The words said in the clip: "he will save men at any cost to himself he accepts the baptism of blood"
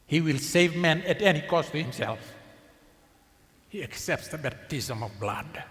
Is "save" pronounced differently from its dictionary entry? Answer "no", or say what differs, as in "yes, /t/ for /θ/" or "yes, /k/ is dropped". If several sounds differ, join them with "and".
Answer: no